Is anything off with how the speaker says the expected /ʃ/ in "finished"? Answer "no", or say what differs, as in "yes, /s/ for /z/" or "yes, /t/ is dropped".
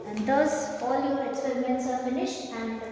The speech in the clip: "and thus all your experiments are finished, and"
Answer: no